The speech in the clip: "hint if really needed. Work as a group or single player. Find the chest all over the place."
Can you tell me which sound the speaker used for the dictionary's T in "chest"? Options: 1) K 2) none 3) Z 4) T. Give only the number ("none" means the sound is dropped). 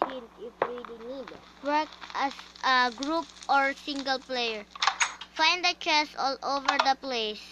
2